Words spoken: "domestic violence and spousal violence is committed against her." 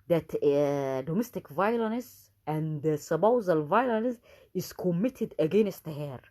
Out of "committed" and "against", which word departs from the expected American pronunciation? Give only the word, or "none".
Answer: none